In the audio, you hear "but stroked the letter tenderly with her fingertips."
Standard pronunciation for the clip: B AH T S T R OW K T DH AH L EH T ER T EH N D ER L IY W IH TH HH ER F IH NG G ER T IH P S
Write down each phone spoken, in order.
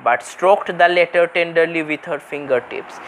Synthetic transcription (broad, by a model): B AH T S T R OW K T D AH L EH T ER T EH N D ER L IY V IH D HH ER F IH NG G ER T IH P S